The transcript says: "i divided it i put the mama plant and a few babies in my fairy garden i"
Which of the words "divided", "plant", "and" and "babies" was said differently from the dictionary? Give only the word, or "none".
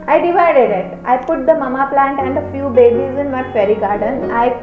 none